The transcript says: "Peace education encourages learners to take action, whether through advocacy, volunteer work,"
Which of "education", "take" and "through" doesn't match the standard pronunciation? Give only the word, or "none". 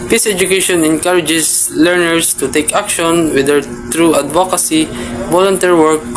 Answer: through